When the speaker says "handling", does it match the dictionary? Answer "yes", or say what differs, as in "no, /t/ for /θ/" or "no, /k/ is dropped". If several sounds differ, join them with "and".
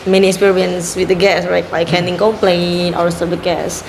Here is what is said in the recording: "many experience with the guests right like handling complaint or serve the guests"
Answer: no, /l/ is dropped